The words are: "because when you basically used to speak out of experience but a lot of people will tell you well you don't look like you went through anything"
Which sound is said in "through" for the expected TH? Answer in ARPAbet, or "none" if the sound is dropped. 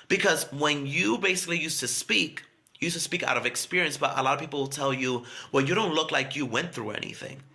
TH